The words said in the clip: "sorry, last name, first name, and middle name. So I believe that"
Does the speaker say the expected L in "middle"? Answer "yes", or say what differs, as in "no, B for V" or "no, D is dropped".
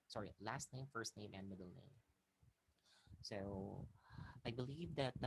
yes